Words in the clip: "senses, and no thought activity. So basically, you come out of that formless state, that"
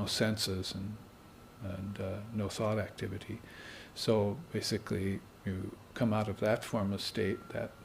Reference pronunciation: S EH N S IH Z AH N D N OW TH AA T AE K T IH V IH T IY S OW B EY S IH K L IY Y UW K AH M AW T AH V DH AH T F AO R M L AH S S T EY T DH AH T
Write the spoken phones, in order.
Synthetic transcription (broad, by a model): S EH N S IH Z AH N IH N OW TH AA T AE K T IH V IH T IY S OW B EY S IH K L IY Y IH K AH M AW T AH V DH AH T F AO R M AH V S T EY T DH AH T